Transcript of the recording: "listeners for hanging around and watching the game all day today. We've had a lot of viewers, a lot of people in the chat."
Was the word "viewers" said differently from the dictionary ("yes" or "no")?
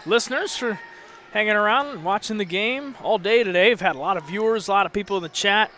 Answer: no